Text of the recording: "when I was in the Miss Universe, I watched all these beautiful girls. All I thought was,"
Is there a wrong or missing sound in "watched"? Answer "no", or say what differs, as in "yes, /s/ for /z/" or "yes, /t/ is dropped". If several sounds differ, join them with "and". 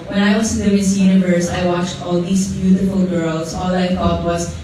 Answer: no